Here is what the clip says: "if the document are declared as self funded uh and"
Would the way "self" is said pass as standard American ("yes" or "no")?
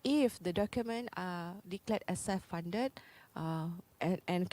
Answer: no